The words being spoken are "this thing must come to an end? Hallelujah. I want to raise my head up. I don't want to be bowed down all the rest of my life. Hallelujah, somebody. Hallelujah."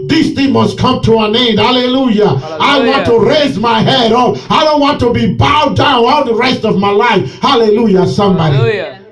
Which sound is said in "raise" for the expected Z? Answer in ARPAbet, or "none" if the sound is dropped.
Z